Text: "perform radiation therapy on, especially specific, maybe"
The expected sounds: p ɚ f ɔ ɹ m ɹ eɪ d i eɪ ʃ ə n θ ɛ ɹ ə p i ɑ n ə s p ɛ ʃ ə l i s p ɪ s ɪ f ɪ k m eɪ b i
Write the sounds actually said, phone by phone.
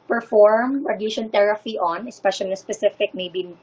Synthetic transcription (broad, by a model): p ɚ f ɔ ɹ m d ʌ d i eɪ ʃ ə n t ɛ ɹ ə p i ɑ n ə s p ɛ ʃ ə l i s p ɪ s ɪ f ɪ k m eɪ b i